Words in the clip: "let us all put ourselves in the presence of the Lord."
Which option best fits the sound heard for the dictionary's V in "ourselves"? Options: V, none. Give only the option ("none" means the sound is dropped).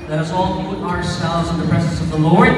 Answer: none